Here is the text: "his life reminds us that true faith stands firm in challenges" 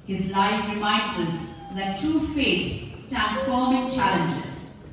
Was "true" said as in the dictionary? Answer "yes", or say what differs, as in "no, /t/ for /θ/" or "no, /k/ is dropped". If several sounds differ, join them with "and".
no, /ɹ/ is dropped